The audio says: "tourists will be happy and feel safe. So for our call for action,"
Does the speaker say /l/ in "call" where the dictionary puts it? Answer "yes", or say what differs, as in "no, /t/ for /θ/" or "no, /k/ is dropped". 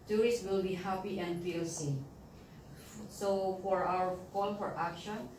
no, /n/ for /l/